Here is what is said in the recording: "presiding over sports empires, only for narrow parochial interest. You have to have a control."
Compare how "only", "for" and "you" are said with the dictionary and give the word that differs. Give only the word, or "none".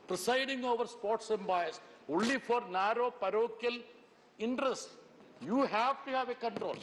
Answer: only